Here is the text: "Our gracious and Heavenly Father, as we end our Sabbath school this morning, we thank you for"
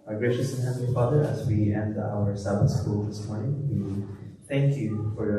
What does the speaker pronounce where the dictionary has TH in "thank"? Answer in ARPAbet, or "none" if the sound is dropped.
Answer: T